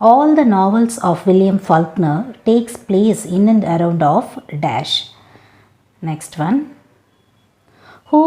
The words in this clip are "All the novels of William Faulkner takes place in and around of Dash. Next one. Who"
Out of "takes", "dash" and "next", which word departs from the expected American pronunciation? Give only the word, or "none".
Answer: none